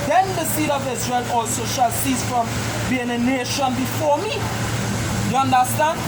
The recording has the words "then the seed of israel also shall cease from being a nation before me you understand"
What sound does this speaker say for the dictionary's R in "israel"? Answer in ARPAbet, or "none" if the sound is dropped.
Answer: R